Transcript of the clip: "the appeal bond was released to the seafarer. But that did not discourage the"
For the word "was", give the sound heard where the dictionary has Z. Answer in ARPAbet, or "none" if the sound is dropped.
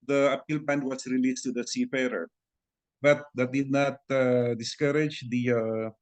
S